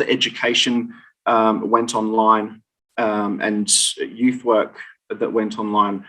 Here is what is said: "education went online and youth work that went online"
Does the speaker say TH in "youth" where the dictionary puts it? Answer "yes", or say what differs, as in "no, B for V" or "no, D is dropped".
yes